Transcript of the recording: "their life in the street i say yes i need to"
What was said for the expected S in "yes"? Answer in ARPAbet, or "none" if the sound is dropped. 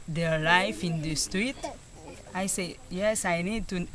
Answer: S